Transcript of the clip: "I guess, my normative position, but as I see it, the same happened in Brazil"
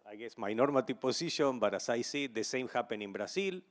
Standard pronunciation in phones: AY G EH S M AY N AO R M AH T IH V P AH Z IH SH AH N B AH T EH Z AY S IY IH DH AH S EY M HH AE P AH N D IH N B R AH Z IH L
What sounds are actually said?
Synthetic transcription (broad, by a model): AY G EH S M AY N AO R M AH T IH P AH S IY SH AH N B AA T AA S AY S IY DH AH S EY M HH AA P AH N IH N B R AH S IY L